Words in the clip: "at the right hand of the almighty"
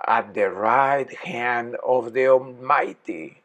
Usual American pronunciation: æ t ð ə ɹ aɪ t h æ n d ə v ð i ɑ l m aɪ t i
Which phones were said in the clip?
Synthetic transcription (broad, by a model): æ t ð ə ɹ aɪ t h æ n d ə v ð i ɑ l m aɪ t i